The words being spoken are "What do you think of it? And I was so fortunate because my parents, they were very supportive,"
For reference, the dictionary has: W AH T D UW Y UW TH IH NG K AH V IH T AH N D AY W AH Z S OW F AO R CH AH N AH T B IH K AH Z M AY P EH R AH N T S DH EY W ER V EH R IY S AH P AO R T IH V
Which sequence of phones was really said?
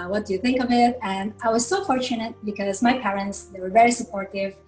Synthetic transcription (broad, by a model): W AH T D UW Y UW TH IH NG K AH V IH T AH N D AY W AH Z S OW F AO R CH AH N AH T B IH K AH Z M AY P EH R AH N T S DH EY W ER V EH R IY S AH P AO R T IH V